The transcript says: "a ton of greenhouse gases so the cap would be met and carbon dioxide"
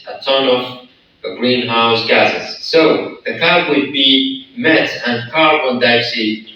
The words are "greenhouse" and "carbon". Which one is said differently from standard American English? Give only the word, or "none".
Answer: carbon